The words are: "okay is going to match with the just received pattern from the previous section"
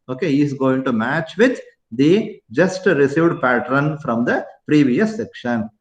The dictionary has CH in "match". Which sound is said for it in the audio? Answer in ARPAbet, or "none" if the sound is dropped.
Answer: CH